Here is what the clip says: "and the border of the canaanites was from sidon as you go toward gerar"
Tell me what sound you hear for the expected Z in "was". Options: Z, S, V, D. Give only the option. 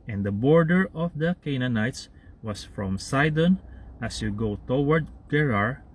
S